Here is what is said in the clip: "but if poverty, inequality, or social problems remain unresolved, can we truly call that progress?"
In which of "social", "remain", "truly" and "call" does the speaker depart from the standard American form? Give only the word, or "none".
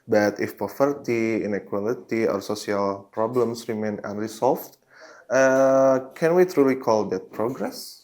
social